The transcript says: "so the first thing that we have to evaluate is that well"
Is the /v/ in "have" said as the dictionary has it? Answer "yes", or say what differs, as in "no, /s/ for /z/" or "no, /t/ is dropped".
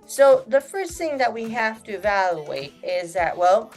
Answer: no, /f/ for /v/